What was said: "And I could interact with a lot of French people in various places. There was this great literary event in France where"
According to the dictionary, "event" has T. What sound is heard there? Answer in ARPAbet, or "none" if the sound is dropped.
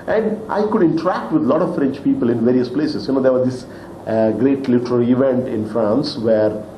T